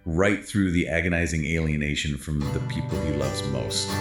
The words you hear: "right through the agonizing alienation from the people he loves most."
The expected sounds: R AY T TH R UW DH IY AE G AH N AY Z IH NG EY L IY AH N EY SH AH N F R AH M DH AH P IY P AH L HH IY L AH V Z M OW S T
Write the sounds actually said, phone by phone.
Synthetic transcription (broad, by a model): R AY T TH R UW DH IY AE G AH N AY Z IH NG EY L IY AH N EY SH AH N F R AH M DH AH P IY P L HH IY L AH V Z M OW S T